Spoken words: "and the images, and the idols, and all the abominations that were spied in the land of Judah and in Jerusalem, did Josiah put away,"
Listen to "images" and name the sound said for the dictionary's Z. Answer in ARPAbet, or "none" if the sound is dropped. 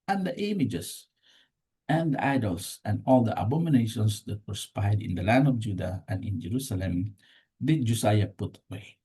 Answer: S